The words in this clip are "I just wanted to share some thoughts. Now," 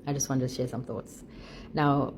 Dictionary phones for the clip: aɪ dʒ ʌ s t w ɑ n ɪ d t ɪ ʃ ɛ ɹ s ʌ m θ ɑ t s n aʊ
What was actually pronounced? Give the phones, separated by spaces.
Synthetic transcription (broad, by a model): aɪ dʒ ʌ s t w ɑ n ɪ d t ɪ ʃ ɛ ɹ s ʌ m θ ɑ t s n aʊ